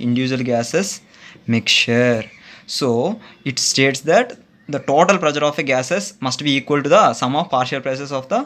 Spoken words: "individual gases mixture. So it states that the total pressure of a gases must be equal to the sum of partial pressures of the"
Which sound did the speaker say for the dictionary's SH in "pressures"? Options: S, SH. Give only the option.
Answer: S